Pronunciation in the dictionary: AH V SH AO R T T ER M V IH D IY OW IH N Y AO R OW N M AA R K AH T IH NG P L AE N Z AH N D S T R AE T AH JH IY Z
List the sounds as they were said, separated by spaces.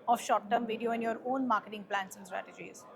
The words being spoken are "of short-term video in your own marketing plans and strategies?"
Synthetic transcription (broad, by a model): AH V SH AO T T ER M V IH D IY OW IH N Y AO R OW N M AA R K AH T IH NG P L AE N S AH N S T R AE T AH JH IY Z